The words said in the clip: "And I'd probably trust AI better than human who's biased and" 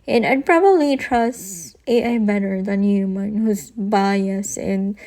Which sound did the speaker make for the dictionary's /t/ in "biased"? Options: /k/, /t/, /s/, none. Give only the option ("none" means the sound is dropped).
none